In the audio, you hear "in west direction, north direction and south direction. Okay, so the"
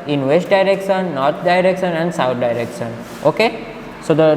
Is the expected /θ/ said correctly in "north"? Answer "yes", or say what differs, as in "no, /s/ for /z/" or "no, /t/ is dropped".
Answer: no, /t/ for /θ/